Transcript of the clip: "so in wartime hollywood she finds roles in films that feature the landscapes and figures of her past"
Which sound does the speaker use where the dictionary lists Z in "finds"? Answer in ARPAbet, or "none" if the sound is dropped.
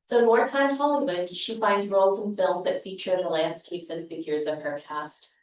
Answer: Z